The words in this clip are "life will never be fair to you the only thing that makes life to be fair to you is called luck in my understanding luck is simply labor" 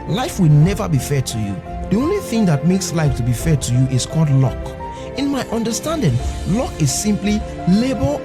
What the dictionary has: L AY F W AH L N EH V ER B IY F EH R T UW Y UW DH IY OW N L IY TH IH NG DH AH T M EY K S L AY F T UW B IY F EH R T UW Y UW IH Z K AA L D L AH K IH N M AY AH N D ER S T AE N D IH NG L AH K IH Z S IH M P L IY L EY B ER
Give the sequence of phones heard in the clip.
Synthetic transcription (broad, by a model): L AY F W AH L N EH V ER B IY F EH T UW Y UW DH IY OW N L IY TH IH NG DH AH T M EY K S L AY F T UW B IY F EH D T UW Y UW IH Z K AA L D L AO K IH N M AY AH N D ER S T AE N D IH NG L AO K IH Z S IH M P L IY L EY B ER